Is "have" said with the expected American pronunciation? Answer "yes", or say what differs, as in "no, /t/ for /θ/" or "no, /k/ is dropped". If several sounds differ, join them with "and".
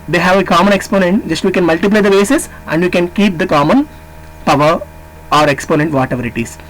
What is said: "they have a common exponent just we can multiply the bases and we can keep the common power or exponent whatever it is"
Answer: yes